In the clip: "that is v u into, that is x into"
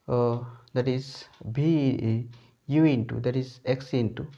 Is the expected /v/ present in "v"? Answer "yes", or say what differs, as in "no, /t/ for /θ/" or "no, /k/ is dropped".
no, /b/ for /v/